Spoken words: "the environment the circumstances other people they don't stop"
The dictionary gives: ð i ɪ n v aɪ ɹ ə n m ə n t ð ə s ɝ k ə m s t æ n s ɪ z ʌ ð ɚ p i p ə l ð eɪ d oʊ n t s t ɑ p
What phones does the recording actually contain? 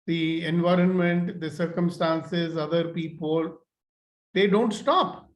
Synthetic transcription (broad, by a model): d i ɪ n v aɪ ɹ ə n m ə n t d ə s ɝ k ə m s t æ n s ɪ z ʌ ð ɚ p i p ə l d eɪ d oʊ n t s t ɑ p